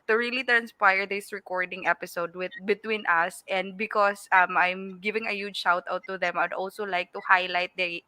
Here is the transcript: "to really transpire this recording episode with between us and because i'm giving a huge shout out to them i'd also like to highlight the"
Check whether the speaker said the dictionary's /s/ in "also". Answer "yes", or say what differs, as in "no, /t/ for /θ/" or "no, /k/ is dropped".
yes